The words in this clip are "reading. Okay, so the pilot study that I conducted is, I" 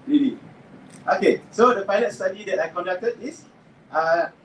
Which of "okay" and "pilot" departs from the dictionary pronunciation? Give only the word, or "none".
pilot